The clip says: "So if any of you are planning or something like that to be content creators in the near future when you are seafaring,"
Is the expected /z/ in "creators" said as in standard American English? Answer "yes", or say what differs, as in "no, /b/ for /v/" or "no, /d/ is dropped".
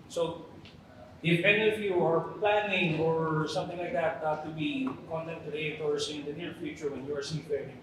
no, /s/ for /z/